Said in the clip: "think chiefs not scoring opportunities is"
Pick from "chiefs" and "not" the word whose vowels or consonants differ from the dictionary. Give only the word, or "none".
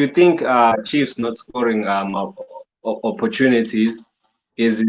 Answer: none